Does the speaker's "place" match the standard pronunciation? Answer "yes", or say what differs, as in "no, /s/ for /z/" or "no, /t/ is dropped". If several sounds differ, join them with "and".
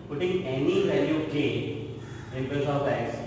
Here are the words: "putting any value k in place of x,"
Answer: no, /l/ is dropped